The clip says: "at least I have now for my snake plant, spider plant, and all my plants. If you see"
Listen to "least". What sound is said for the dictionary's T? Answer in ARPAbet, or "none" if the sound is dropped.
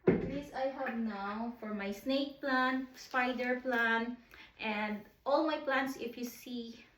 none